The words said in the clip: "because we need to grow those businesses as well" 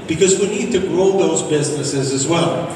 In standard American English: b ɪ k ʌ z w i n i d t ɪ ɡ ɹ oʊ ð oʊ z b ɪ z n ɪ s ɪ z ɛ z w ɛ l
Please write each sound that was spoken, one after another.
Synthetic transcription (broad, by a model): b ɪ k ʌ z w i n i d t ɪ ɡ ɹ oʊ ð oʊ z b ɪ z n ɪ s ɪ z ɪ z w ɛ l